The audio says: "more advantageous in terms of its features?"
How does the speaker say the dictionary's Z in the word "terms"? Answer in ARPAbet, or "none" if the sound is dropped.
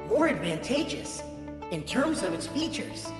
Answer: Z